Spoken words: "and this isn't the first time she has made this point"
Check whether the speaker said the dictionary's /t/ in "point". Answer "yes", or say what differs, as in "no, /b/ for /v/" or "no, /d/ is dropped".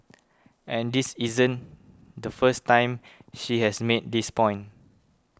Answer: no, /t/ is dropped